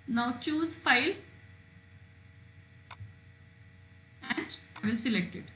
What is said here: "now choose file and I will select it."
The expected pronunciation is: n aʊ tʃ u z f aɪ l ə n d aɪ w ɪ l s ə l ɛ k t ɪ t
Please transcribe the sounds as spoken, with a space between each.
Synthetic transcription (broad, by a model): n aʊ tʃ u z f aɪ l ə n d aɪ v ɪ l s ə l ɛ k t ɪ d